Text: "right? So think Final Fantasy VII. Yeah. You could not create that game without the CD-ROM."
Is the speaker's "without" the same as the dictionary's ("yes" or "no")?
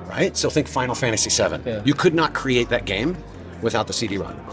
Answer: yes